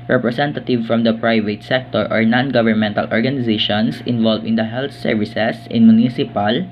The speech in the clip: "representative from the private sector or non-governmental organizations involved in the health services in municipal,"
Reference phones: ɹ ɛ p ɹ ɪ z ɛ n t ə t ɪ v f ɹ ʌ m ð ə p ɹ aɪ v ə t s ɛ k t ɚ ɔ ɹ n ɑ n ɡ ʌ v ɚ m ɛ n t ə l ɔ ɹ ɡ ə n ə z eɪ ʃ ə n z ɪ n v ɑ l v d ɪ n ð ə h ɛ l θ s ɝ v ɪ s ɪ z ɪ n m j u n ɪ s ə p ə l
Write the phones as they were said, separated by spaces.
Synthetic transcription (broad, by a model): ɹ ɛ p ɹ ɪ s ɛ n t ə t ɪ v f ɹ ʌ m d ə p ɹ aɪ v ə t s ɛ k t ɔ ɔ ɹ n ɑ n ɡ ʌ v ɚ m ɛ n t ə l ɔ ɹ ɡ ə n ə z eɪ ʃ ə n s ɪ n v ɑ l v ɪ n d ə h ɛ l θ s ɝ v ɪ s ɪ s ɪ n m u n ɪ s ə p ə l